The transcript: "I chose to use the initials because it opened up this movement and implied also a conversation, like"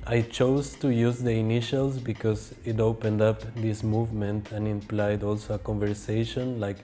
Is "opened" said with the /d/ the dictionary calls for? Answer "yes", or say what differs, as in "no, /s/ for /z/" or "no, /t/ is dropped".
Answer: yes